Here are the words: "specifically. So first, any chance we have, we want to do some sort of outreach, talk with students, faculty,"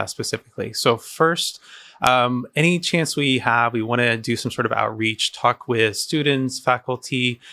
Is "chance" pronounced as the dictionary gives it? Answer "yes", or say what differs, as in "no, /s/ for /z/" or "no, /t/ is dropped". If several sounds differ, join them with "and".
yes